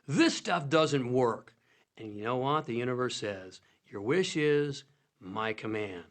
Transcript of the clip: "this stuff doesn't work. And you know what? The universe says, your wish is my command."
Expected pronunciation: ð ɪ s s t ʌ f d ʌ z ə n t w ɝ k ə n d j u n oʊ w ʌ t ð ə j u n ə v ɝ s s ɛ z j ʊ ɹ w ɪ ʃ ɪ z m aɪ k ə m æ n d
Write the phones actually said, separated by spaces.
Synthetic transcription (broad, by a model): ð ɪ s s t ʌ f d ʌ z ə n t w ɝ k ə n j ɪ n oʊ w ʌ t ð ə j u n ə v ɝ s s ɛ z j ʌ ɹ w ɪ ʃ ɪ z m aɪ k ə m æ n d